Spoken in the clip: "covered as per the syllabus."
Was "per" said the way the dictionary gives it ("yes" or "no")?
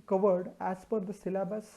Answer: no